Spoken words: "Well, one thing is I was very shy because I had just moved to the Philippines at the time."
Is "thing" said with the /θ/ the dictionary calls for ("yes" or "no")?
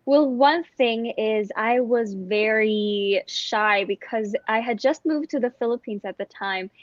yes